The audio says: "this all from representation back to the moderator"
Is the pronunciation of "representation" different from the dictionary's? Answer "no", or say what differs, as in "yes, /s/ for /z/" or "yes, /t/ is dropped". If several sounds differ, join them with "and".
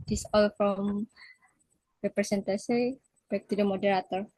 yes, /s/ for /z/ and /s/ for /ʃ/